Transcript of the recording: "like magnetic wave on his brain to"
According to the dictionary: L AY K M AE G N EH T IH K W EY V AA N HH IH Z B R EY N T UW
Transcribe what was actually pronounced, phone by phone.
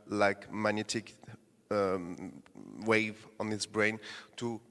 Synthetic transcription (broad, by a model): L AY K M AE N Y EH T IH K W EY V AA N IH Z B R EY N T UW